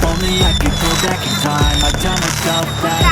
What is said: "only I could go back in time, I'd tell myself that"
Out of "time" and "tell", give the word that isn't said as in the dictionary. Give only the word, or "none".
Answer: tell